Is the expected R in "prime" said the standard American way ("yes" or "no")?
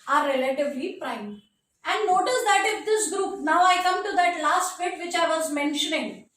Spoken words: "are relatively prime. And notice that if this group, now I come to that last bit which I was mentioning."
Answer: yes